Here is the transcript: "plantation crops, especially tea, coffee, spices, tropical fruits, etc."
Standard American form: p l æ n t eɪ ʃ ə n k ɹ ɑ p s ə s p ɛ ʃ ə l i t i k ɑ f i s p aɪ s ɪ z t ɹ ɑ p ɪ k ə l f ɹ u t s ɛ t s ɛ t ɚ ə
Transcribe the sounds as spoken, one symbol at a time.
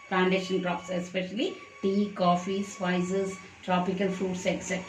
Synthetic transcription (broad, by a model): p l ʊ n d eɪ ʃ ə n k ɹ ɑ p s ə s p ɛ ʃ ə l i t i k ɑ f i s f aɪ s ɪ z t ɹ ɑ p ɪ k ə l f ɹ u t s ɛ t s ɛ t